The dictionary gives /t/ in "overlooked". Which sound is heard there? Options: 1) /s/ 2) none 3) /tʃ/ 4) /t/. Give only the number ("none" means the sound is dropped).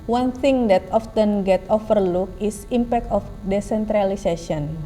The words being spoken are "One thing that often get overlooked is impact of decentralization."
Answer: 2